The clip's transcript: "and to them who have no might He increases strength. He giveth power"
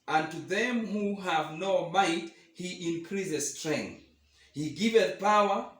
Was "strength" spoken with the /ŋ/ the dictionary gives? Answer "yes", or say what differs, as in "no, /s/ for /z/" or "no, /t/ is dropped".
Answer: yes